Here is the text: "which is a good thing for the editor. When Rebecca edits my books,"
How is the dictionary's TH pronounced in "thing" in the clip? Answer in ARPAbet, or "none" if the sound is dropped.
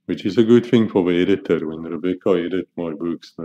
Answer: TH